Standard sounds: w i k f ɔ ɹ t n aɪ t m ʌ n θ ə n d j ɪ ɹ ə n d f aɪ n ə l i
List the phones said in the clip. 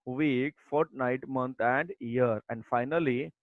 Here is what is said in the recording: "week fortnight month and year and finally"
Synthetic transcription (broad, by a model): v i k f ɔ ɹ t n aɪ t m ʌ n t ə n d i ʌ ɹ ə n d f aɪ n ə l i